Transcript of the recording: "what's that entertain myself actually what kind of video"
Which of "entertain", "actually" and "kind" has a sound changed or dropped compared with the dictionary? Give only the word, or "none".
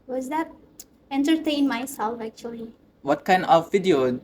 none